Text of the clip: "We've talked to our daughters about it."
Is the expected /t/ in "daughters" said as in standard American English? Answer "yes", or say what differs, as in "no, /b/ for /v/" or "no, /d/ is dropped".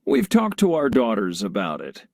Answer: yes